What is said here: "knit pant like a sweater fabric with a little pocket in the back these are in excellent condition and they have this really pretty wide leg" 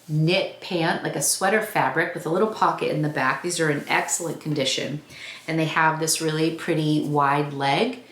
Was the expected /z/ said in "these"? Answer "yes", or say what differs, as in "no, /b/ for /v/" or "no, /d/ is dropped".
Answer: yes